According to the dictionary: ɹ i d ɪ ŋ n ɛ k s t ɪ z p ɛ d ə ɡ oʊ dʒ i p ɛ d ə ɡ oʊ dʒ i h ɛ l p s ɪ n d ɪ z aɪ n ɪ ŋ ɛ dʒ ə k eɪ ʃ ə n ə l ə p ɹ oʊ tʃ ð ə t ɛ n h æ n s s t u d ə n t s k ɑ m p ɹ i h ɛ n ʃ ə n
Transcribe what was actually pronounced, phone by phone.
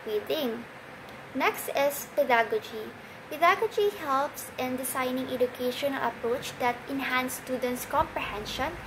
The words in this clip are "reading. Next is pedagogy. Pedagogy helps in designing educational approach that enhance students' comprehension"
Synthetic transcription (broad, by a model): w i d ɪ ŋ n ɛ k s t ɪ s p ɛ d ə ɡ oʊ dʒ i p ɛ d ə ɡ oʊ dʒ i h ɛ l p s ɪ n d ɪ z aɪ n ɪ ŋ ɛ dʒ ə k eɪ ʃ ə n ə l ə p ɹ oʊ tʃ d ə t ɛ n h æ n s s t u d ə n t s k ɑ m p ɹ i h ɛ n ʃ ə n